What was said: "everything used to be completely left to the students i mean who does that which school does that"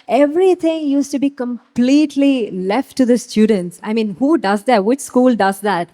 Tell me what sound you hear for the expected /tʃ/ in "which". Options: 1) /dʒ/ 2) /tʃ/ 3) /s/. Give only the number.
2